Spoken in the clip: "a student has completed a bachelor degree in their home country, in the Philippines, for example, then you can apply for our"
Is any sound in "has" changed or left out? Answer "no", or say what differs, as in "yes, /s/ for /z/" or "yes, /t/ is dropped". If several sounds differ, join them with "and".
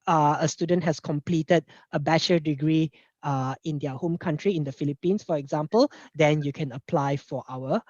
yes, /s/ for /z/